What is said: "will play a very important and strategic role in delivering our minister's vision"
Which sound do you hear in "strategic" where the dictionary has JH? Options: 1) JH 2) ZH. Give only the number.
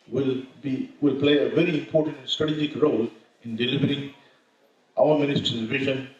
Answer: 1